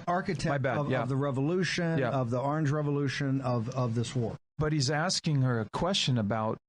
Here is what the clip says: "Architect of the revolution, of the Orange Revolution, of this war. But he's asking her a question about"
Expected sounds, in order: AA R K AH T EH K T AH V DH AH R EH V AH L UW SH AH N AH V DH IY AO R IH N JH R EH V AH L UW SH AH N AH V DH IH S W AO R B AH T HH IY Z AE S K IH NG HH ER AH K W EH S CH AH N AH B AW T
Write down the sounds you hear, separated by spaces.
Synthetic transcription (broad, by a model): AA R K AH T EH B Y AH V DH AH R EH V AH L UW SH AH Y AH V DH IY AO R IH N JH R EH V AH L UW SH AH N AH V DH IH S W AO R B AH T HH IY Z AE S K IH NG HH ER AH K W EH S CH AH N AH B AW T